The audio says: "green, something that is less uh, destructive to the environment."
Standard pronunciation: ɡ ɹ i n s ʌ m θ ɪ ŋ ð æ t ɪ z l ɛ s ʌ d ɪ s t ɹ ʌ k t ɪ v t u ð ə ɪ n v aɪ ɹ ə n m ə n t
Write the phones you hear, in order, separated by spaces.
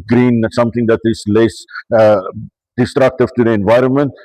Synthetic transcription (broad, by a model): ɡ ɹ i n s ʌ m t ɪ ŋ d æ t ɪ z l ɛ s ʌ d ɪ s t ɹ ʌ k t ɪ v t u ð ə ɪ n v aɪ ɹ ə n m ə n t